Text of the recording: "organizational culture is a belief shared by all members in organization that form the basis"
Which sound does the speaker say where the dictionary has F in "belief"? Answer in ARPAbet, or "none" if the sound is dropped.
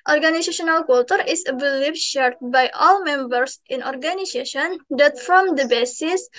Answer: P